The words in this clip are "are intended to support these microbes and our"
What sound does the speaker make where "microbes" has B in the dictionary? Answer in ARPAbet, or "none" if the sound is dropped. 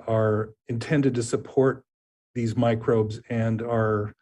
B